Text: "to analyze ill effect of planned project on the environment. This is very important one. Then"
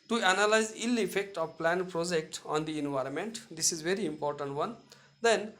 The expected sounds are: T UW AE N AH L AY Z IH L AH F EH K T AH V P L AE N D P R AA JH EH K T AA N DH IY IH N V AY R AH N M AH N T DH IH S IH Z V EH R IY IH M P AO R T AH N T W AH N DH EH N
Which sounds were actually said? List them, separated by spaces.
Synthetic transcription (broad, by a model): T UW AE N AH L AY Z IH L AH F EH K T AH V P L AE N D P R AA JH EH K T AA N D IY IH N V AY R AH N M AH N T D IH S IH Z V EH R IY IH M P AO R T AH N T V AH N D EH N